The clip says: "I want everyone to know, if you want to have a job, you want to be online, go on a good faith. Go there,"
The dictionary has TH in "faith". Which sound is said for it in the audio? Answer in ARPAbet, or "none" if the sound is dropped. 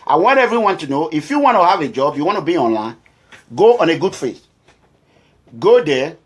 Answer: S